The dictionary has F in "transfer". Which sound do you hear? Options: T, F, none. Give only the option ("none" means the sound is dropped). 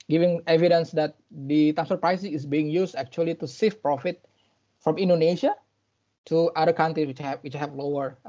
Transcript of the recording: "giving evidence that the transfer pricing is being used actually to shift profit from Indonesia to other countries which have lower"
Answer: none